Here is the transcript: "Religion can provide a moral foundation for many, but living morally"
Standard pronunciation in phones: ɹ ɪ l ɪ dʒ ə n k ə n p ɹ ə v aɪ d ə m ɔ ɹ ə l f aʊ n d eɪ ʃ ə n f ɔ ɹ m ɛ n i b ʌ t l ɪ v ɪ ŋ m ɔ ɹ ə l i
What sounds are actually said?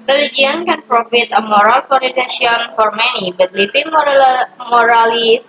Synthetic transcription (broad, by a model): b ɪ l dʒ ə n k ə n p ɹ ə f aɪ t ə m ɔ ɹ ə l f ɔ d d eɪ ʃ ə n f ɔ ɹ m ɛ n i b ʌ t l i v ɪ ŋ m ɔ ɹ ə l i